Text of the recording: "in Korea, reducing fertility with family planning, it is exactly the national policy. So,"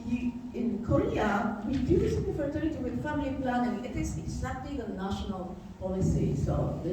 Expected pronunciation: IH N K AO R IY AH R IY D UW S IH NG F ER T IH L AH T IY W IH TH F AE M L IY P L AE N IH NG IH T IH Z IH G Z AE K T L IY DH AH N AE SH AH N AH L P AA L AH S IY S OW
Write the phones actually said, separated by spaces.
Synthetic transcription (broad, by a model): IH N K AO R IY AH W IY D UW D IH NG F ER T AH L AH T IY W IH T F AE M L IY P L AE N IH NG IH T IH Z IH G Z AE K T L IY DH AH N AE SH AH N AH L P AA L AH S IY S OW